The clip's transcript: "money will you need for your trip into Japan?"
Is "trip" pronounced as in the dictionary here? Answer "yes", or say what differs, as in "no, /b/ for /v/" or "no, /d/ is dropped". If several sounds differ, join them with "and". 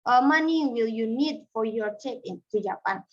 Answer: no, /ɹ/ is dropped